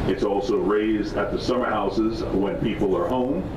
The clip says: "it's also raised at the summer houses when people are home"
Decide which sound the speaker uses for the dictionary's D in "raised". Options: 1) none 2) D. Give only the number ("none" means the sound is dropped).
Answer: 2